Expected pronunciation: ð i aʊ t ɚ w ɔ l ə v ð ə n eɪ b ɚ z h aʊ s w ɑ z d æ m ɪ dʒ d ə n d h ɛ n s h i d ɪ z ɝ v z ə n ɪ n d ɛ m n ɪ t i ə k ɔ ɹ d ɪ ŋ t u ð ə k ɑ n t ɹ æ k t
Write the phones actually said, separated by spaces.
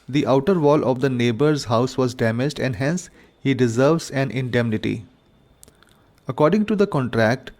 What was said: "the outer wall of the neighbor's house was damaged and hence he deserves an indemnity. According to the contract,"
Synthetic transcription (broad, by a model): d i aʊ t ɚ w ɔ l ə v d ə n eɪ b ɚ z h aʊ s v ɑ z d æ m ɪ dʒ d ə n d h ɛ n s h i d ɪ z ɝ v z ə n ɪ n d ɛ m n ɪ t i ə k ɔ ɹ d ɪ ŋ t u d ə k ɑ n t ɹ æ k t